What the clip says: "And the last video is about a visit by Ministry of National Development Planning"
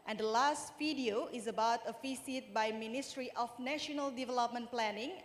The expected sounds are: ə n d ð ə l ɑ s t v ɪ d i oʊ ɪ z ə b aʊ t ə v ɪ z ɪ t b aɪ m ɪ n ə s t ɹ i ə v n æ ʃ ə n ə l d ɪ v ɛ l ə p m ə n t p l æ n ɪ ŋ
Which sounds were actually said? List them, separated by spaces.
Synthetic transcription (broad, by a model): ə n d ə l ɑ s t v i d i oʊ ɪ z ə b aʊ t ə f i s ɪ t b aɪ m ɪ n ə s t ɹ i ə f n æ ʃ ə n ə l d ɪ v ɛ l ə p m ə n p l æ n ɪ ŋ